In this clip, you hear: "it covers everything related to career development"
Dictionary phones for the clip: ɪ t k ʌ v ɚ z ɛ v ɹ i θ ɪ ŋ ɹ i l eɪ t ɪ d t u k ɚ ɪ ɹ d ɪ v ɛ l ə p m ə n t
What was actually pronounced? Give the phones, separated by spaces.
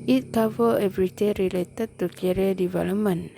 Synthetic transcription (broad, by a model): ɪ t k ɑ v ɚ ɛ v ɹ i t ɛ ɹ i l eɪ t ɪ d t u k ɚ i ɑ d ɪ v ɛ l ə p m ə n